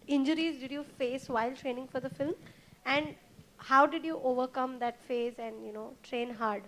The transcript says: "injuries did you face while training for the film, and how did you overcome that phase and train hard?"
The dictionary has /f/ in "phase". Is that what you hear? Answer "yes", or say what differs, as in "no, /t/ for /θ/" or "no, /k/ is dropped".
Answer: yes